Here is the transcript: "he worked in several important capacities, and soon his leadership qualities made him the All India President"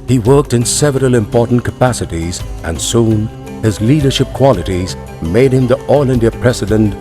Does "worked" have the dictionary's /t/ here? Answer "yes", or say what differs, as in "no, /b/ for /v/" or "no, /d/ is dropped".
yes